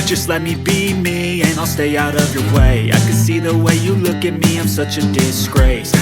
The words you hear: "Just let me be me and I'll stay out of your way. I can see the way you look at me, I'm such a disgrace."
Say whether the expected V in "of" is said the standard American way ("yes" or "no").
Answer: yes